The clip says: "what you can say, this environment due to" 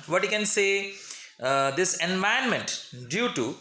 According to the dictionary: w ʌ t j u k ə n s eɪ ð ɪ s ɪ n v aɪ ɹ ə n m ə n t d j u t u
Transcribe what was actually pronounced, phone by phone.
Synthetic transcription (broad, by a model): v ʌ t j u k ə n s eɪ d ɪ s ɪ n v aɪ ə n m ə n t d j u t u